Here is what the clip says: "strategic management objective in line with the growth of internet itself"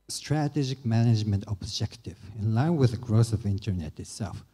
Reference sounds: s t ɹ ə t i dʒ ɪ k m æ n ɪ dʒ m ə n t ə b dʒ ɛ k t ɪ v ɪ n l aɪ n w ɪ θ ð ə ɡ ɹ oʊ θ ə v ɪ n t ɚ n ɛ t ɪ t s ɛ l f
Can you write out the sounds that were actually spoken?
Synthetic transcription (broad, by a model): s t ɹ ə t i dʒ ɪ k m æ n ɪ dʒ m ə n t ə b dʒ ɛ k t ɪ v ɪ n l aɪ n w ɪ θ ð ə ɡ ɹ oʊ s ə v ɪ n t ɚ n ɛ t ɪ t s ɛ l f